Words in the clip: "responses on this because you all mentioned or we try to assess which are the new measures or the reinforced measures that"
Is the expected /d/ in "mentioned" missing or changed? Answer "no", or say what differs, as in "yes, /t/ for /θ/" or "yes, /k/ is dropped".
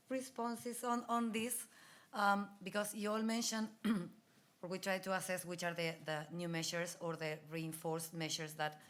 yes, /d/ is dropped